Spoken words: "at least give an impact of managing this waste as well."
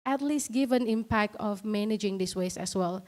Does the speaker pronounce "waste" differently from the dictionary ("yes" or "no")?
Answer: yes